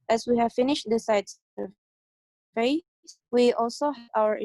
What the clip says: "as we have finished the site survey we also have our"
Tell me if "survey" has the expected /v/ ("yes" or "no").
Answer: no